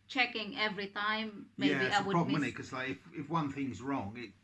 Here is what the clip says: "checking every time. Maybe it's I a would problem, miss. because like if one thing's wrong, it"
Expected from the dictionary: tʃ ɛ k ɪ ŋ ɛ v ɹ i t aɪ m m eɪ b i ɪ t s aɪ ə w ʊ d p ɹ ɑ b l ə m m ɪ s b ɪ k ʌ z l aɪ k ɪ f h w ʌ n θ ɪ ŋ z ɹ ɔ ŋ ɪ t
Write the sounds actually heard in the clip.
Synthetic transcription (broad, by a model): tʃ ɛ k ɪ ŋ ɛ v ɹ i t aɪ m m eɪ i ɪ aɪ ə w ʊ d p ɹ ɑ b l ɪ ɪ k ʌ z l aɪ k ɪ f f w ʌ n θ ɪ ŋ z ɹ ɔ ŋ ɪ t